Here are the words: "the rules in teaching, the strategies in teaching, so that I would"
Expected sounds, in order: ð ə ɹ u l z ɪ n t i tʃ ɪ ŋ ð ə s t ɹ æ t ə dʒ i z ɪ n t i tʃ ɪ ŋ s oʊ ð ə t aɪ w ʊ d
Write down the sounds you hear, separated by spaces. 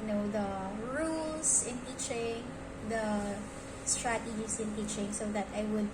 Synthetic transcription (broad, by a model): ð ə ɹ u l s ɪ n t i tʃ ɪ ŋ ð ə s t ɹ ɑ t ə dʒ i s ɪ n t i tʃ ɪ ŋ s oʊ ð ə t aɪ w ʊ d